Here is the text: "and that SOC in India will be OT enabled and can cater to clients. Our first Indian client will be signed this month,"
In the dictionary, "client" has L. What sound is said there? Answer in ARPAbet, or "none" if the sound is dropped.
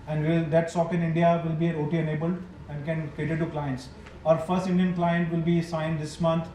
L